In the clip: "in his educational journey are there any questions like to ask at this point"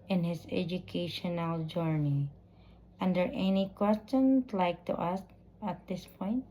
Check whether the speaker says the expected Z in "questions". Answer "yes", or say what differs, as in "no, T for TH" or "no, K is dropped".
no, S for Z